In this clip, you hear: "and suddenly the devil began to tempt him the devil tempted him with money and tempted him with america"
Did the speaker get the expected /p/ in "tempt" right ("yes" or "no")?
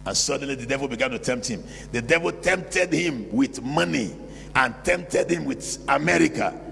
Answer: yes